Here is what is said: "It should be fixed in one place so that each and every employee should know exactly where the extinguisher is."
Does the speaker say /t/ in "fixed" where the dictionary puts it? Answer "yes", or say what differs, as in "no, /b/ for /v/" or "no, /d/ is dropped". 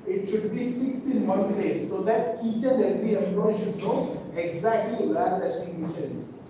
no, /t/ is dropped